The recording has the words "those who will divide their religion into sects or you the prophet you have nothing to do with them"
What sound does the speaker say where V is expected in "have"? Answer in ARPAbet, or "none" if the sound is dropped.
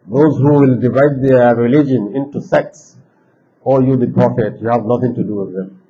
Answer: V